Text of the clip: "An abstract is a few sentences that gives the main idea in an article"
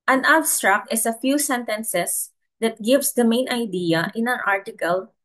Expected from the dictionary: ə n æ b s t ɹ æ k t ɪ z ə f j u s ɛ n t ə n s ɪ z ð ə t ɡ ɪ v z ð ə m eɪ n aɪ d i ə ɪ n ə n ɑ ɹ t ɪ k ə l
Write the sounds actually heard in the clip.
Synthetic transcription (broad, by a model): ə n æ b s t ɹ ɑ k t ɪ s ə f j u s ɛ n t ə n s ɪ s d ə t ɡ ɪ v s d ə m eɪ n aɪ d i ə ɪ n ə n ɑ ɹ t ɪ k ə l